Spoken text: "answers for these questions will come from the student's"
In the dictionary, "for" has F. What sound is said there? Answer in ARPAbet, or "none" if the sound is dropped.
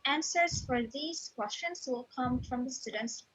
F